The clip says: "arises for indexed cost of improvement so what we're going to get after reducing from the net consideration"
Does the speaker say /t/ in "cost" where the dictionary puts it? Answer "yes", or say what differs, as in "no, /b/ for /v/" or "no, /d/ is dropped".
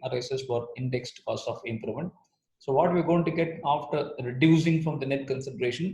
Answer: no, /t/ is dropped